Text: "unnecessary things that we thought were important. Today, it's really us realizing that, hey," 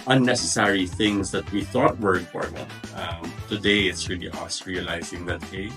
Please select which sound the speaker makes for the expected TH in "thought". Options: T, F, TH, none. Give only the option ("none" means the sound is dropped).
TH